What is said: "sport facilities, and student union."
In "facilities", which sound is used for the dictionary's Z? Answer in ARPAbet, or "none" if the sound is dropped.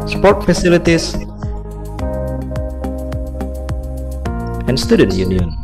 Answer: S